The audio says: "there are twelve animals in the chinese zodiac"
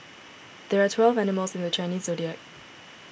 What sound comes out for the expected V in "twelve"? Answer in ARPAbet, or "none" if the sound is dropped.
V